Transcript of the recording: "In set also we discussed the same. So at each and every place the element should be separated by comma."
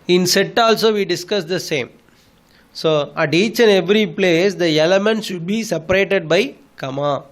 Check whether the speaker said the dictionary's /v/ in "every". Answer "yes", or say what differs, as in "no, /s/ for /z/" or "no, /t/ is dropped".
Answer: yes